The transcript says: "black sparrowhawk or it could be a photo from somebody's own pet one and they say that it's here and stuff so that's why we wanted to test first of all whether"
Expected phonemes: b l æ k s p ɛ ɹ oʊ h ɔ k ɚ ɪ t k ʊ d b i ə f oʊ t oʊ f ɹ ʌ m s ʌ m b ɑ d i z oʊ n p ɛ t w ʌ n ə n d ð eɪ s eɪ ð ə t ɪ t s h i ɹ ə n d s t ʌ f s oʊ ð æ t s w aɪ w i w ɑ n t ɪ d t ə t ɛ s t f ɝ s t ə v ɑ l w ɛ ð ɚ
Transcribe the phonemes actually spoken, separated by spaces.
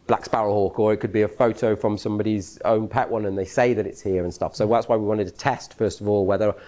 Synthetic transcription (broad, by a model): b l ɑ k s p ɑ ɹ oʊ h ɔ k ɚ ɪ t k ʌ d b i ə f oʊ t oʊ f ɹ ʌ m s ʌ m b ɑ d i z oʊ n p ɛ t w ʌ n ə n ð eɪ s eɪ ð ə t ɪ t s h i ɹ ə n s t ʌ f s oʊ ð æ t s w aɪ w i w ɑ n t ɪ d t ə t ɛ s t f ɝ s t ə v ɑ l w ɛ ð ɚ